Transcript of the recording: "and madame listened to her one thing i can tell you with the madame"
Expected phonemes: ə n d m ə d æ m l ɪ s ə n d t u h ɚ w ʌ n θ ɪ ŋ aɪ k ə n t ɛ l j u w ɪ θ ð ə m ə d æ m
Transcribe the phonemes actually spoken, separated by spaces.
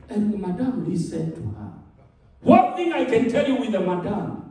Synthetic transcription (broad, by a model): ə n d m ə d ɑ m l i s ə d t u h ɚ w ʌ n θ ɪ ŋ aɪ k ə n t ɛ l j u w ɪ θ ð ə m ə d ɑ m